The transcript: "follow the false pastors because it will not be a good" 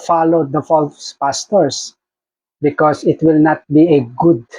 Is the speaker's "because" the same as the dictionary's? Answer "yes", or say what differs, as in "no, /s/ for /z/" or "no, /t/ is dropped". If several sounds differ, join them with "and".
no, /s/ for /z/